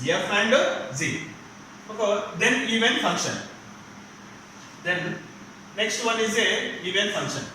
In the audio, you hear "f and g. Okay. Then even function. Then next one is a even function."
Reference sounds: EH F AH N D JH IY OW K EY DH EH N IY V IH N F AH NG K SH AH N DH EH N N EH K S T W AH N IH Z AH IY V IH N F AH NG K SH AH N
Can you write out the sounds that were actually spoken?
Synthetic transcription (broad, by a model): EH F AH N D Z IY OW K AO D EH N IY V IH N F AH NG K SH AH N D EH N N EH K S T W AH N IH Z AH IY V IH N F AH NG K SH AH N